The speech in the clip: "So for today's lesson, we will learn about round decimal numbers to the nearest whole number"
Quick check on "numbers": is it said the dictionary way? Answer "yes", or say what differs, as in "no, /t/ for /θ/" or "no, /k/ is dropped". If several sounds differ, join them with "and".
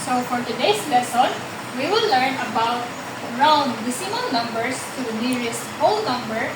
no, /s/ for /z/